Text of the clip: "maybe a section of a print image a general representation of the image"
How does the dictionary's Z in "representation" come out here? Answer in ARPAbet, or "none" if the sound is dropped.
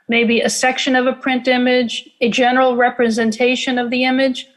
Z